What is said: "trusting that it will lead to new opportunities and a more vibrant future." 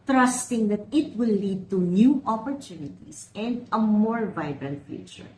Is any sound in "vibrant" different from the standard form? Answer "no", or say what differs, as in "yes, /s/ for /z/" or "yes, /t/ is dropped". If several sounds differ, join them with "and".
no